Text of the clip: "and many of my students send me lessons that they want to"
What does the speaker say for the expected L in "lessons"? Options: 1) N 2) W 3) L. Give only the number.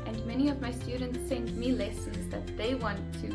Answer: 3